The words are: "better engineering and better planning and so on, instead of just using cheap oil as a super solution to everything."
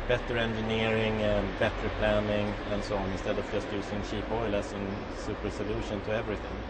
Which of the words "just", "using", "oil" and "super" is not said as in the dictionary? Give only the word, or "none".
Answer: using